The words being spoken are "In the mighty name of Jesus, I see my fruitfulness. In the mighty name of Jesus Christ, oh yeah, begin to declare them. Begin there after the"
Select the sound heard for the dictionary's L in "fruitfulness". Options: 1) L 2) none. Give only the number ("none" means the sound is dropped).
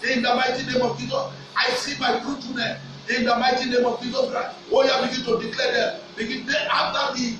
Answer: 2